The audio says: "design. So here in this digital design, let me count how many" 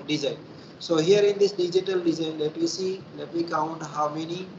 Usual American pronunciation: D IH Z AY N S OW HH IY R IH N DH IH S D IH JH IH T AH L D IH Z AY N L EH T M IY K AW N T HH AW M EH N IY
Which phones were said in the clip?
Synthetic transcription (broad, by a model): D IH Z AY N S OW HH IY R IH N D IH S D IH JH IH T AH L D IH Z AY N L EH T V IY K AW N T HH AW M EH N IY